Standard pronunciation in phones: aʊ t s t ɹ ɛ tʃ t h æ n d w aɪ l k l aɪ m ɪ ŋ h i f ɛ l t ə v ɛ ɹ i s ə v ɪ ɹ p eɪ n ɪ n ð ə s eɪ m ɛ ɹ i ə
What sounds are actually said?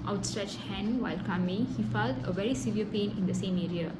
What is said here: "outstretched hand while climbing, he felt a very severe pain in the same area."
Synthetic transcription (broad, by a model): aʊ t s t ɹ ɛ tʃ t h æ n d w aɪ l k aɪ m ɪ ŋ h i f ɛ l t ə v ɛ ɹ i s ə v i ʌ p eɪ n ɪ n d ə s eɪ m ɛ ɹ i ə